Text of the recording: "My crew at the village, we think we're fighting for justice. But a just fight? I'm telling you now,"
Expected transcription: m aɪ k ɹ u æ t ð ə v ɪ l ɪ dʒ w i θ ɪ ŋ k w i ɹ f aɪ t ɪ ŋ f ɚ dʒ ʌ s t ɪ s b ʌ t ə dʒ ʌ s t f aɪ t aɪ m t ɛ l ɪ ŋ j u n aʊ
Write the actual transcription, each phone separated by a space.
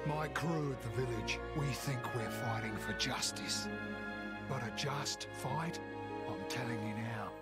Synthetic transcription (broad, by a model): m aɪ k ɹ u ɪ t ð ə v ɪ l ɪ dʒ w i θ ɪ ŋ k w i ɹ f aɪ t ɪ ŋ f ɚ dʒ ʌ s t ɪ s b ʌ t ə dʒ ʌ s t f aɪ t aɪ m t ɛ l ɪ ŋ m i n aʊ